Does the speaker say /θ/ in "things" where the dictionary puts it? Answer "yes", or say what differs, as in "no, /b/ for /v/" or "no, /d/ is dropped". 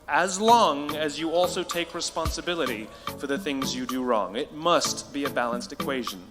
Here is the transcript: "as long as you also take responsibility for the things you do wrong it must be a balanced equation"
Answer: yes